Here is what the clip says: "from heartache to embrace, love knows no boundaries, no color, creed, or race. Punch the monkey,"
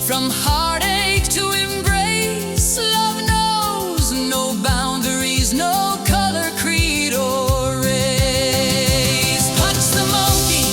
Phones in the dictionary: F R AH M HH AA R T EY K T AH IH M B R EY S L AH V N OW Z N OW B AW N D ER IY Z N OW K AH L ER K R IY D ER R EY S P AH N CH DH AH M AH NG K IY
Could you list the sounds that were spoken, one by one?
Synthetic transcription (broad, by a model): F R AH M HH AA R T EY K T AH IH M B R EY S L AH V N OW Z N OW B AW N D ER IY Z N OW K AH L ER K R IY D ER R EY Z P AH CH DH AH M AH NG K IY